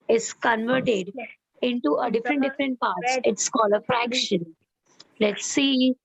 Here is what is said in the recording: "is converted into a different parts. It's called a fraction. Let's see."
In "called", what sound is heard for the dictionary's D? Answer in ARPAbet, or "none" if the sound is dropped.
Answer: none